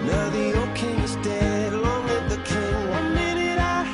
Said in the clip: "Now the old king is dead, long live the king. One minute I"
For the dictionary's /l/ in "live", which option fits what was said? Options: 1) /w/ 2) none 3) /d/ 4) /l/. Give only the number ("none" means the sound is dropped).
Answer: 1